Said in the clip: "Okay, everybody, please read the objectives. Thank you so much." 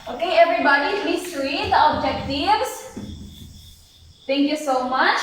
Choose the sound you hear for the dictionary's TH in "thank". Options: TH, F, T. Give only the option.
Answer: T